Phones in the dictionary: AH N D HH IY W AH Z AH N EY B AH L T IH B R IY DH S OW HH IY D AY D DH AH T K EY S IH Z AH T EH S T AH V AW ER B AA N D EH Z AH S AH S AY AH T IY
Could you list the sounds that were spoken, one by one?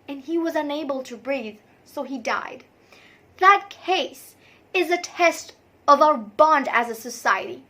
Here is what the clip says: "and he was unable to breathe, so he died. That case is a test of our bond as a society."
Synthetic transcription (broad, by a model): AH N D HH IY W AH Z AH N EY B AH L T IH B R IY DH S OW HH IY D AY D DH AH T K EY S IH Z AH T EH S T AH V AW ER B AA N D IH Z AH S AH S AY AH T IY